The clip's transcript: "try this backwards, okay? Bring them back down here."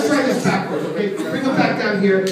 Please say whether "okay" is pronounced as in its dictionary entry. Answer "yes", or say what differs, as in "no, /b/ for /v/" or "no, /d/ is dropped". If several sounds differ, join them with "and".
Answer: no, /k/ is dropped